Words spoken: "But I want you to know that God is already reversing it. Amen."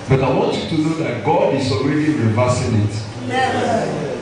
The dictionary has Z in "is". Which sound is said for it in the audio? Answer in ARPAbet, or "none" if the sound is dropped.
S